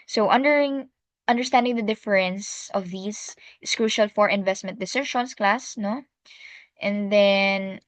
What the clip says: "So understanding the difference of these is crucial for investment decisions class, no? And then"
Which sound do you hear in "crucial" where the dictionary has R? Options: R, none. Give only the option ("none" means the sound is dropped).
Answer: R